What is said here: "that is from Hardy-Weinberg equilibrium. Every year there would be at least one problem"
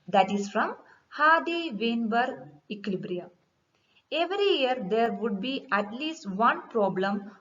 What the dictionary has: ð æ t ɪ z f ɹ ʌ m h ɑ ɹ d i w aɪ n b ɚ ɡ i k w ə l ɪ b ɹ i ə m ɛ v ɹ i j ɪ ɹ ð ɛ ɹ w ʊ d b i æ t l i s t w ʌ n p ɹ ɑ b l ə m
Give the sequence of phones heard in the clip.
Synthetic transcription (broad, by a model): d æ t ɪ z f ɹ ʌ m h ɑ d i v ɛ n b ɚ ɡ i k l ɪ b ɹ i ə ɛ v ɹ i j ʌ ɹ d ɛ ɹ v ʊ d b i æ t l i s t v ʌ n p ɹ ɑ b l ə m